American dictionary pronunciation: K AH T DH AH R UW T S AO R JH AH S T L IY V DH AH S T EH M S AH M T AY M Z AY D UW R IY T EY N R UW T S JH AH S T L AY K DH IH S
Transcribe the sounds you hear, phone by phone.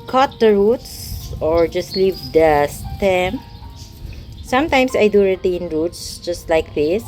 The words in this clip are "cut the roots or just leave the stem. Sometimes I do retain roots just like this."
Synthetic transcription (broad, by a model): K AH T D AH R UW T S AO R JH AH S T L IY V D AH S T EH M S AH M T AY M S AY D UW R IY T EY N R UW T S JH AH S T L AY K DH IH S